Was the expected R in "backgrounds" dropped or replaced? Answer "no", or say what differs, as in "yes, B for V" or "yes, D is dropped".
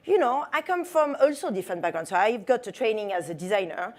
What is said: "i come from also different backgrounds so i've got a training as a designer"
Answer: yes, R is dropped